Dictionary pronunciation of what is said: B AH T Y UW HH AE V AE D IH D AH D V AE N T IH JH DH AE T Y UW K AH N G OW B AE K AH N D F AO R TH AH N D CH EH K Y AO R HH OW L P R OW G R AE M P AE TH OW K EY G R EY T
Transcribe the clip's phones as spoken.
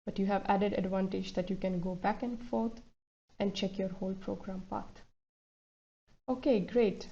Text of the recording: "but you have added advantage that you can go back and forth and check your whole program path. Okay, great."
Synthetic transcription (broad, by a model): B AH T Y UW HH AE V AE D IH D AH D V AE N T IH JH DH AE T Y UW K AH N G OW B AE K AH N D F AO R T AH N D CH EH K Y AO R HH OW L P R OW G R AE M P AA T OW K EY G R EY T